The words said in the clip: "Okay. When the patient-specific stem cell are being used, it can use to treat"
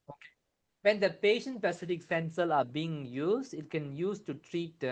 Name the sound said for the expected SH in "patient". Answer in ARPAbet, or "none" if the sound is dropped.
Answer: SH